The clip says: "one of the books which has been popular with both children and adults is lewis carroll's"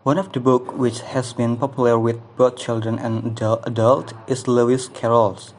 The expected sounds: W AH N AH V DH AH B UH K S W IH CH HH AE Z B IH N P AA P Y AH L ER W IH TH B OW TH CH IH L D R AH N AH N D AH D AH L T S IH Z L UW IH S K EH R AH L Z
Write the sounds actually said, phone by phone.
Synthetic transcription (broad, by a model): W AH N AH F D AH B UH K W IH CH HH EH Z B IH N P AA P Y AH L ER W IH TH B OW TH CH IH L D R AH N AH N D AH D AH L T IH S L UW IH S K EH R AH L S